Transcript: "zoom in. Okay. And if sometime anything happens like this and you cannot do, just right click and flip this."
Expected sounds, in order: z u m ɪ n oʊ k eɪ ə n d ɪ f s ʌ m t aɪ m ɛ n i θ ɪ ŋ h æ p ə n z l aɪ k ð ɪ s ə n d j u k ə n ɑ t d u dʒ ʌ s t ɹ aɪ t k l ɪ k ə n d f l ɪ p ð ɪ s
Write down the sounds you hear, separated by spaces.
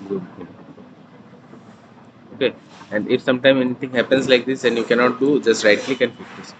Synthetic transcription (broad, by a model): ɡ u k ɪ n oʊ k eɪ ə n d ɪ f s ʌ m t aɪ m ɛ n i t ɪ ŋ h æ p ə n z l aɪ k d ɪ s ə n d j u k ə n ɑ t d u dʒ ʌ s t ɹ aɪ t k l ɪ k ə n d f ɪ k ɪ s